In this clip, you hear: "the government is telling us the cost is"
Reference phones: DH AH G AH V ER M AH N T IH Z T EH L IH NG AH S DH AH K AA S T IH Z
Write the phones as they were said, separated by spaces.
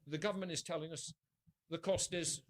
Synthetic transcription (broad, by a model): DH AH G AH V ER M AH N T IH Z T EH L IH NG AH S DH AH K AA S T IH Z